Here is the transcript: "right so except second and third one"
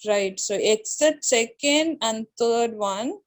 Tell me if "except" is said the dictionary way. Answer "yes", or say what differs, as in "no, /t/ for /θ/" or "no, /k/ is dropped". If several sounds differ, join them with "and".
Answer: no, /p/ is dropped